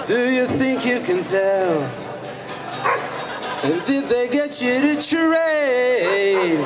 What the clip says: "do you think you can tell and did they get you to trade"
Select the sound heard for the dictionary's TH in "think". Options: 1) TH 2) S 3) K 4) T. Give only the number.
1